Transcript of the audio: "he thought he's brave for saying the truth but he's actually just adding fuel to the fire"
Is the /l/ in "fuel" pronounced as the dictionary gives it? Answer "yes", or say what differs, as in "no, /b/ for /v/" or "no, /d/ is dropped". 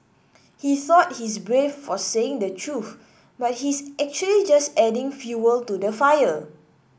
yes